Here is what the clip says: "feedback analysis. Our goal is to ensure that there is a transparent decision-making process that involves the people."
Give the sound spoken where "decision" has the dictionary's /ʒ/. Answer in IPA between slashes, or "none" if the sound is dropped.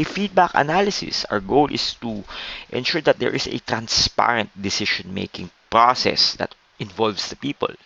/ʃ/